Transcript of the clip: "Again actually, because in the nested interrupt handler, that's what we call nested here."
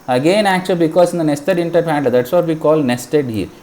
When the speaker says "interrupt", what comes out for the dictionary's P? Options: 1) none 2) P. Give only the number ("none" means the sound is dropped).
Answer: 1